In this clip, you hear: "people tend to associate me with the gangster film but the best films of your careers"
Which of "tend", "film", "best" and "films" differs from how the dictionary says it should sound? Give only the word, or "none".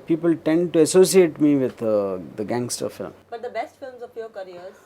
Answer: none